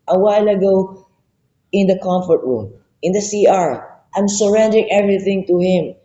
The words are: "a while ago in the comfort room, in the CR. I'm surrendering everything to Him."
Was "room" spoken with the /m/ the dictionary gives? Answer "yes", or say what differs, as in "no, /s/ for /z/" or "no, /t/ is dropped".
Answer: yes